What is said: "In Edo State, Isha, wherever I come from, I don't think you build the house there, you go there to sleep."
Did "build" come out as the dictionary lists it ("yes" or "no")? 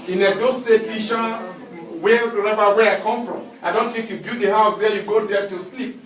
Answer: no